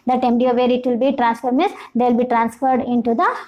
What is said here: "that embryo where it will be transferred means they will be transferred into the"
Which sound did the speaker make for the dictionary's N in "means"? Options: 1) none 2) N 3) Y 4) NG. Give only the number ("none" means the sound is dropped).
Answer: 1